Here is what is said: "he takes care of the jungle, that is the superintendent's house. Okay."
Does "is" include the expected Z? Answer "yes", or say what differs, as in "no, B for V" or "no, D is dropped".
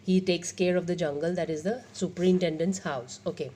yes